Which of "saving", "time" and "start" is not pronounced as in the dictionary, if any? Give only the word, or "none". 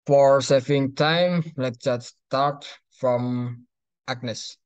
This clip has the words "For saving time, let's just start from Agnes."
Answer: saving